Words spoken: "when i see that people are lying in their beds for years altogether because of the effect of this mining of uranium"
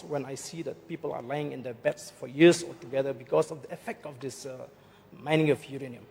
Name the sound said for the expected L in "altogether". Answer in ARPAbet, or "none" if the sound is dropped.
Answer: none